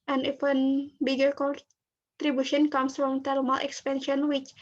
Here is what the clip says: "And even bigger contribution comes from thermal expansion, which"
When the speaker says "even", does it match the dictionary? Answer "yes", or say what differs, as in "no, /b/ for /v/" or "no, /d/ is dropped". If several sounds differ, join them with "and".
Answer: no, /f/ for /v/